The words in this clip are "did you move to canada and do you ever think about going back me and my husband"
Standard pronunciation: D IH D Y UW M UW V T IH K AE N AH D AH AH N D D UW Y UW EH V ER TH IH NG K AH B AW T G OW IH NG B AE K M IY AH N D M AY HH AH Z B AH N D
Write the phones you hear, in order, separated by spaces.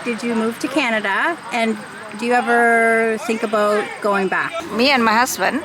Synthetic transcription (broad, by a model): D IH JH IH M UW V T IH K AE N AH D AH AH N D D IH Y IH EH V ER TH IH NG K AH B AW T G OW IH NG B AE K M IY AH N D M AY HH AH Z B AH N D